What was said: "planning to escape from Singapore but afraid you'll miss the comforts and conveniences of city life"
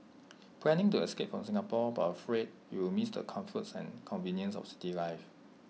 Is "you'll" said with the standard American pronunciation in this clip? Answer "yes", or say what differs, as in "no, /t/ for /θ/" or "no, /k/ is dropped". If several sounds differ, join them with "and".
no, /w/ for /l/